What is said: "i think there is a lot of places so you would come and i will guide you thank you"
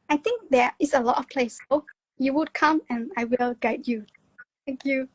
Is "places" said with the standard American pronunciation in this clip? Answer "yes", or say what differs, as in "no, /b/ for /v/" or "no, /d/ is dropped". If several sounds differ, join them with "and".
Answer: no, /s/ is dropped